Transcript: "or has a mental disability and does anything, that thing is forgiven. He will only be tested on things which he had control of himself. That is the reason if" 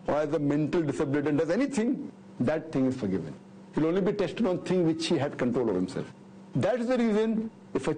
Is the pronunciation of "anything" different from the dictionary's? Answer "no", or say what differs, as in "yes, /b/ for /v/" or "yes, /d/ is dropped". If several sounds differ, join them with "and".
yes, /t/ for /θ/